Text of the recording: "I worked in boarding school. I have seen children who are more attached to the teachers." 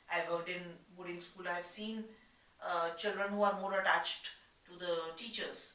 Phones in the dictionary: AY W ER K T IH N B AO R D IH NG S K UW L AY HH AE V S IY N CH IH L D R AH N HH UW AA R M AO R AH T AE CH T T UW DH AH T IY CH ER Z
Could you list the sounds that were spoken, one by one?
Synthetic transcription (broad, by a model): AY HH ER T IH N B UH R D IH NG S K UW L AY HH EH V S IY N CH IH L D R AH N HH UW AA R M AO R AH T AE CH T T UW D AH T IY CH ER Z